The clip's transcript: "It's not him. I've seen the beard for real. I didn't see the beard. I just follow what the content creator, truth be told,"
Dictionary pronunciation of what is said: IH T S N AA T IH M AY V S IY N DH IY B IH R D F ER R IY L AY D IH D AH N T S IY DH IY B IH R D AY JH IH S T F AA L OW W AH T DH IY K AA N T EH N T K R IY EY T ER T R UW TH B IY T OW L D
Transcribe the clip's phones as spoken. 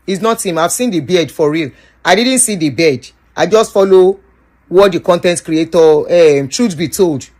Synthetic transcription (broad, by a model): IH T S N AA T IH M AY V S IY N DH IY B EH D F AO R IY L AY D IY D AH N T S IY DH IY B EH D AY JH IH S T F AA L OW W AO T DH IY K AA N T EH N T K R IY EY T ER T R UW S B IY T OW L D